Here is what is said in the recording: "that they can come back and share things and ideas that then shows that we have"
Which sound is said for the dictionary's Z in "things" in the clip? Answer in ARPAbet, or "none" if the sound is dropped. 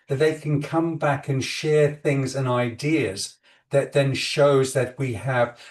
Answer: Z